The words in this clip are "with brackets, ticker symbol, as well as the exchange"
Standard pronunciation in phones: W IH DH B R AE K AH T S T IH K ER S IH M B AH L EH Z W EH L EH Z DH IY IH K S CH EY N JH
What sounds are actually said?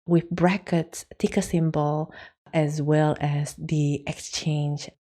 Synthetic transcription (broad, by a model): W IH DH B R AE K AH T S T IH K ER S IH M B AH L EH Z W EH L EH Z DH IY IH K S CH EY N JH